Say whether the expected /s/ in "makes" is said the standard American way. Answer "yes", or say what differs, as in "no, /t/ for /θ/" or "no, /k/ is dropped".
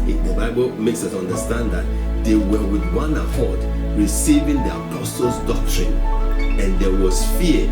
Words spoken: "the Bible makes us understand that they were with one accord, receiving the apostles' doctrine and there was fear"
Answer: yes